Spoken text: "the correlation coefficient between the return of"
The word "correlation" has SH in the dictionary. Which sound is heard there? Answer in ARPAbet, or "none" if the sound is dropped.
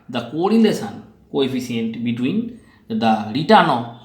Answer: S